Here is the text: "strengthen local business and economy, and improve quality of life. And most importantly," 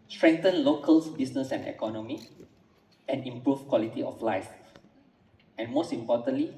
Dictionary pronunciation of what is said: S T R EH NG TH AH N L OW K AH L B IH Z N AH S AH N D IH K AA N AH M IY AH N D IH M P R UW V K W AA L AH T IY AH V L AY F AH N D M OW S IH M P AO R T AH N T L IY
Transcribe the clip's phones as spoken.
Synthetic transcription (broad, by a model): S T R EH NG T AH N L OW K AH L B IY S N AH S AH N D IH K AA N AH M IY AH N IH M P R UW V K W AA L AH T IY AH F L AY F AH N M OW S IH M P AO T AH N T L IY